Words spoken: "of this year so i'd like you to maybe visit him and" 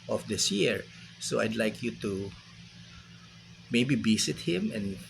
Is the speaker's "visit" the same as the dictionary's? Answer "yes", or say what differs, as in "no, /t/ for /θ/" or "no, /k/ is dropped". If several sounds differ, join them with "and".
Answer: no, /b/ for /v/ and /s/ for /z/